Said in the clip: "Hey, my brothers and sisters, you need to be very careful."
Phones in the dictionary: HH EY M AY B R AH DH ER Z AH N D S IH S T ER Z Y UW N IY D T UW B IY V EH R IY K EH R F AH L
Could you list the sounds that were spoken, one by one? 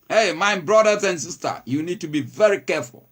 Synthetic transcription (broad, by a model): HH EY M AY B R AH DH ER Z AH N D S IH S T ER Y UW N IY D T UW B IY V EH R IY K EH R F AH L